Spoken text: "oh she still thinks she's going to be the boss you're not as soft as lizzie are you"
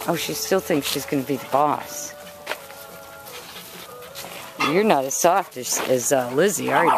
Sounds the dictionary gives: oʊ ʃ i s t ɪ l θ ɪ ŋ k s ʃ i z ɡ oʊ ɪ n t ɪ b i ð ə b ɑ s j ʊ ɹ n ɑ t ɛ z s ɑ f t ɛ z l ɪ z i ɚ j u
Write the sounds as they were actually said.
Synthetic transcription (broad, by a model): oʊ ʃ i s t ɪ l θ ɪ ŋ k s ʃ i z ɡ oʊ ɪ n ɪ b i ð ə b ɑ s j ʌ ɹ n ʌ t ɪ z s ɑ f t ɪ z l ɪ z i ɚ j